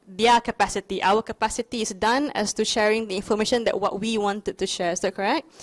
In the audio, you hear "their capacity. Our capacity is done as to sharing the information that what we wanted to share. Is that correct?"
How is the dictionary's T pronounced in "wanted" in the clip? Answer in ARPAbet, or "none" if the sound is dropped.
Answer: T